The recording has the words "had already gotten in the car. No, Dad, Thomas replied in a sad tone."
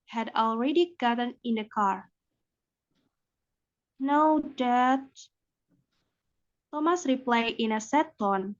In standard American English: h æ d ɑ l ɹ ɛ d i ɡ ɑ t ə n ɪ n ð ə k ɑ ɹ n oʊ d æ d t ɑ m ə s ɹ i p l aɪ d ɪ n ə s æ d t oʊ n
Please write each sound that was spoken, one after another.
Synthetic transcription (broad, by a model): h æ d ɑ l ɹ ɛ d i ɡ ɑ t ə n ɪ n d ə k ɑ ɹ n oʊ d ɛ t t ɑ m ə s ɹ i p l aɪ ɪ n ə s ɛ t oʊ n